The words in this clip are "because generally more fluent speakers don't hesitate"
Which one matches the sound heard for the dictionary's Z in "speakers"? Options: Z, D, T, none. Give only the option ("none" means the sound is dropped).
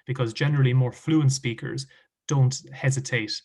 Z